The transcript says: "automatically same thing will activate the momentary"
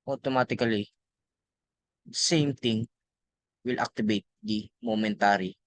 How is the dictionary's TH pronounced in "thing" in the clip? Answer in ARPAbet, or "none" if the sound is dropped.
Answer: T